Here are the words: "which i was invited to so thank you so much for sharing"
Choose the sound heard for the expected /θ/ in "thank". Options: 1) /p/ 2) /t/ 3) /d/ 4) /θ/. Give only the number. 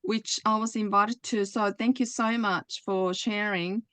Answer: 4